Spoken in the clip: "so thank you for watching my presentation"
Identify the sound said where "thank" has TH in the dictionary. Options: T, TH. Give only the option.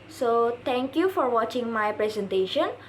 T